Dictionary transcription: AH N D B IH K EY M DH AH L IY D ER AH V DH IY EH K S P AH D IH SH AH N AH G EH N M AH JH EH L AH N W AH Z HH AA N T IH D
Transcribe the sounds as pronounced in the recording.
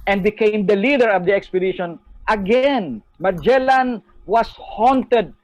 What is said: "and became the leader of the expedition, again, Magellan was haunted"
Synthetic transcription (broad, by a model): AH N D B IH K EY M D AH L IY D ER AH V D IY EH K S P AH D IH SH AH N AH G EH N M AH JH EH L AH N W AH S HH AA N T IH D